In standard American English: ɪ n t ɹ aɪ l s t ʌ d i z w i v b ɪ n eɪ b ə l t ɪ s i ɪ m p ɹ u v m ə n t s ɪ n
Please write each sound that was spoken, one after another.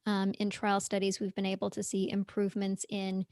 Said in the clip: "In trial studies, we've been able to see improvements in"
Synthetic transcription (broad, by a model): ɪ n t ɹ aɪ l s t ʌ d i z w i v b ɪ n eɪ b l t ɪ s i ɪ m p ɹ u v m ə n t s ɪ n